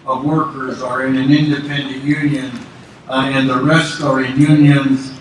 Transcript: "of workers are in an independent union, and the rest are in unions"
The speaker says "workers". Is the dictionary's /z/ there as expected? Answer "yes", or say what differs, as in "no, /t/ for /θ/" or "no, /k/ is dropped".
yes